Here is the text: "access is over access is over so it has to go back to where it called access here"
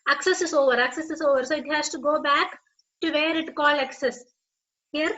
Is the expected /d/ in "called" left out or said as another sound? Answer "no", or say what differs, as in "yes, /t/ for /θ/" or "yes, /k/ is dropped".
yes, /d/ is dropped